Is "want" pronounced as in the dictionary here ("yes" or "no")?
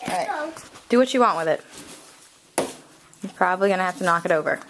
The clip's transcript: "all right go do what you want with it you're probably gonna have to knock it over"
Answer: yes